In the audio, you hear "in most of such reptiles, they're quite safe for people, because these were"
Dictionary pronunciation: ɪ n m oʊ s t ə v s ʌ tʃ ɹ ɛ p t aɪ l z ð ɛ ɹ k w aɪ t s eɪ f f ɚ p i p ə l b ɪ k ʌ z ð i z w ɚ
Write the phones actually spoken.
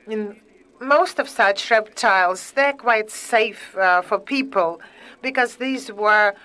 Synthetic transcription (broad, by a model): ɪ n m oʊ s t ə v s ʌ tʃ ɹ ɛ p t aɪ l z ð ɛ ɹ k w aɪ t s eɪ f f ɚ p i p ə l b ɪ k ʌ z ð i z w ɚ